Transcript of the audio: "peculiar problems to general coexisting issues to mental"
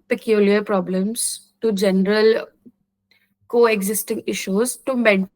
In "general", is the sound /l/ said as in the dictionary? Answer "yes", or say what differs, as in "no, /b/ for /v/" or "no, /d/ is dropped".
yes